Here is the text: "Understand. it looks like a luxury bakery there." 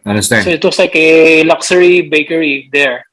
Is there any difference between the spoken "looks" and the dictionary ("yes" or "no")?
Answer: yes